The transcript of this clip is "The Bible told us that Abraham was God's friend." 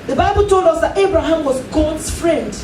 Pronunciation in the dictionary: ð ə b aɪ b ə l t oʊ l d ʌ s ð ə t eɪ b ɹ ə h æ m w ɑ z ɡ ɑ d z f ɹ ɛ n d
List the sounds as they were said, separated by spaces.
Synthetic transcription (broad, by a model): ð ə b aɪ b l t oʊ l d ʌ s ð ə t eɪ b ɹ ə h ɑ m w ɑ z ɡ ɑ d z f ɹ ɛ n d